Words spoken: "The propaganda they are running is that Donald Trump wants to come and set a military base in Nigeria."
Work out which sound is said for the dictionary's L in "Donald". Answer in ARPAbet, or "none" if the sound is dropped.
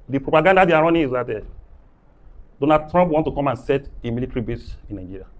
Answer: none